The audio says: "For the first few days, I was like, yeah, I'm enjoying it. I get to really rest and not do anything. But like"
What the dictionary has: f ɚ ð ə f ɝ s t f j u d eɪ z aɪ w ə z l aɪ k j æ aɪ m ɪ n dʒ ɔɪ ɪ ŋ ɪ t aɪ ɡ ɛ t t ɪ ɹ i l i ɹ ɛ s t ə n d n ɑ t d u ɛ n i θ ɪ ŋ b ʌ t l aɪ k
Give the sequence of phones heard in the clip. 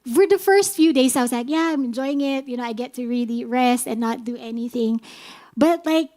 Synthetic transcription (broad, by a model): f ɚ ð ə f ɝ s t f j u d eɪ z aɪ w ə z l aɪ k j æ aɪ m ɪ n dʒ ɔɪ ɪ ŋ ɪ t aɪ ɡ ɛ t t ɪ ɹ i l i ɹ ɛ s t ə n n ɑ t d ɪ ɛ n i θ ɪ ŋ b ʌ t l aɪ k